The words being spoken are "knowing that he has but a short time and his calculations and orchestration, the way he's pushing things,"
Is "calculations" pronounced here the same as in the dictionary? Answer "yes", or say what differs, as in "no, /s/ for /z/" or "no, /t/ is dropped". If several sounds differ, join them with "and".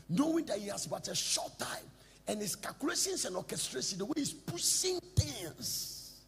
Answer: no, /s/ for /z/